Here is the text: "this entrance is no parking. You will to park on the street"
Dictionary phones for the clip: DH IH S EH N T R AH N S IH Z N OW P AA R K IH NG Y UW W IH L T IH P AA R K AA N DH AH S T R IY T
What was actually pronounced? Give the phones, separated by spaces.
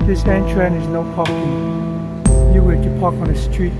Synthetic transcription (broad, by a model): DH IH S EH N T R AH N IH Z N OW P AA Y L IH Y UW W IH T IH P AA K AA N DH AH S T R IY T